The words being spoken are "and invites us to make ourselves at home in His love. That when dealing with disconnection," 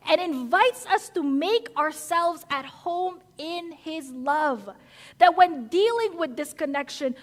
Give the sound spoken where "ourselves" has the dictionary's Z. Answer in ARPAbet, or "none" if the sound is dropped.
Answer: Z